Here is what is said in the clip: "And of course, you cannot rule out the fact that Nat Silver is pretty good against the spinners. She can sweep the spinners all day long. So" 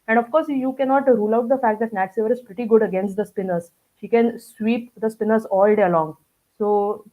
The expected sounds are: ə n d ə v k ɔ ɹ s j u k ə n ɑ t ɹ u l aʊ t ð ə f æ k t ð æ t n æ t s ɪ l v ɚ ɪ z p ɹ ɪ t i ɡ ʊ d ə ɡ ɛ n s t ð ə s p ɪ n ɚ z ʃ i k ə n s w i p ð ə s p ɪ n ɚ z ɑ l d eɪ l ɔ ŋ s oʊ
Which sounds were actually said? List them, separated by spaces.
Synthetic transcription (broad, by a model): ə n d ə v k ɔ ɹ s j u k ə n ɑ t ɹ u l aʊ t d ə f æ k t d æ t n æ t s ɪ v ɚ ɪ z p ɹ ɪ t i ɡ ʊ d ə ɡ ɛ n s t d ə s p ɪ n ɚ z ʃ i k ə n s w i p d ə s p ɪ n ɚ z ɑ l d eɪ l ɔ ŋ s oʊ